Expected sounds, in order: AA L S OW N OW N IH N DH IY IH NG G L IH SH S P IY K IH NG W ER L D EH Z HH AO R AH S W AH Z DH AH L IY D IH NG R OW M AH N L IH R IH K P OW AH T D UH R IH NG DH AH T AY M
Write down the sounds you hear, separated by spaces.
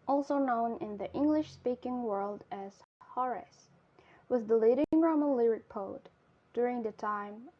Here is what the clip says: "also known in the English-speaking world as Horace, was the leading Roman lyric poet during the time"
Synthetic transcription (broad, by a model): AA L S OW N OW N IH N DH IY IH NG G L IH SH S P IY K IH NG W ER L D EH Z HH AO R AH S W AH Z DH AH L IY D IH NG R OW M AH N L IH R IH K P OW AH T D UH R IH NG DH AH T AY M